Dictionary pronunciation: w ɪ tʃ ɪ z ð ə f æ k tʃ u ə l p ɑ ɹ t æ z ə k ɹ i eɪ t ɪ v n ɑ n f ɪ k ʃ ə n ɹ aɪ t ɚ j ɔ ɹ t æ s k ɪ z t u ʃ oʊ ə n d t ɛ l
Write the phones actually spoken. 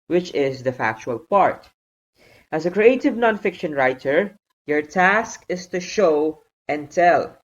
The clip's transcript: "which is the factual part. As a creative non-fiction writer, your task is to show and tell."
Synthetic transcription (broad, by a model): w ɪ tʃ ɪ z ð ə f æ k tʃ u ə l p ɑ ɹ t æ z ə k ɹ i eɪ t ɪ v n ɑ n f ɪ k ʃ ə n ɹ aɪ t ɚ j ɔ ɹ t æ s k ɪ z t u ʃ oʊ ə n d t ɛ l